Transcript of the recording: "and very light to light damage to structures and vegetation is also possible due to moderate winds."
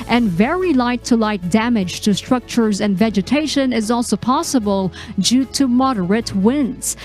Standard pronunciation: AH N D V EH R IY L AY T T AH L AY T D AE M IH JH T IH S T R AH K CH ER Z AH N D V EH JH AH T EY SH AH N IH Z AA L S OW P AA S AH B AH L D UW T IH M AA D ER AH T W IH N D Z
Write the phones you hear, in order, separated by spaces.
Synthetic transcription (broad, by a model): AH N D V EH R IY L AY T T AH L AY T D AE M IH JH T IH S T R AH K CH ER Z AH N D V EH JH AH T EY SH AH N IH Z AA L S OW P AA S AH B AH L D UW T IH M AA D ER AH T W IH N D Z